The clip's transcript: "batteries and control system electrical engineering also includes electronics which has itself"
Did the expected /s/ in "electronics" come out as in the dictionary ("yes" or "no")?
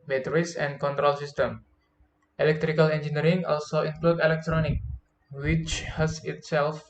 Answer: no